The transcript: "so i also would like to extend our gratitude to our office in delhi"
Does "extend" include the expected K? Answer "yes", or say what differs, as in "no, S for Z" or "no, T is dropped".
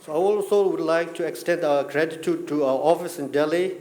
yes